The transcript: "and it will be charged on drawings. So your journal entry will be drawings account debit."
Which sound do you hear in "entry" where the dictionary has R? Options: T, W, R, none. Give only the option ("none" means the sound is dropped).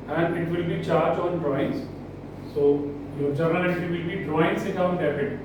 none